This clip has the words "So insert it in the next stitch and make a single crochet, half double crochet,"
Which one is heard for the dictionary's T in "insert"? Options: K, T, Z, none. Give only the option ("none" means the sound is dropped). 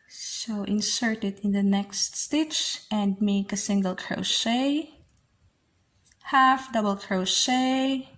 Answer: T